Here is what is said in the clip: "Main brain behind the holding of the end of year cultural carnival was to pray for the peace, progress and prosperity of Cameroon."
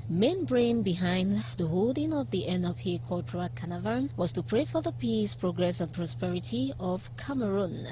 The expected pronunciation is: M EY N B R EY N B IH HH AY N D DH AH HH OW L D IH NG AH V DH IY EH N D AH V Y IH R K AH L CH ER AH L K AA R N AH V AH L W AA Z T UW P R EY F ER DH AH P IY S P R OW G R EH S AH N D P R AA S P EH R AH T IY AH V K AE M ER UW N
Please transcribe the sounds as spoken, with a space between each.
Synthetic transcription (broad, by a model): M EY N B R EY N B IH HH AY N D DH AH HH OW L D IH NG AH V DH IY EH N AH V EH K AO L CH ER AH K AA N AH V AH N W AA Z T UW P R EY F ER DH AH P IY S P R OW G R EH S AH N P R AA S P EH R AH T IY AH V K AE M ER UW N